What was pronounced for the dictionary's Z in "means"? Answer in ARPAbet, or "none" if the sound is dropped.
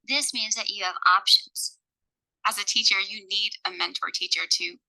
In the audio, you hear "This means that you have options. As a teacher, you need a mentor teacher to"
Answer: Z